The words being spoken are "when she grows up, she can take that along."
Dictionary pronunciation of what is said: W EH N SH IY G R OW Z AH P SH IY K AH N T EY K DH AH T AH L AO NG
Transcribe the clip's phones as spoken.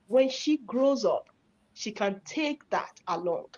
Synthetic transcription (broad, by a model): W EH N SH IY G R OW Z AH P SH IY K AH N T EY K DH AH T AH L AO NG